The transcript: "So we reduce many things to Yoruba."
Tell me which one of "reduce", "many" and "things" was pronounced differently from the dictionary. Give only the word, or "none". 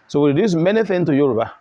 things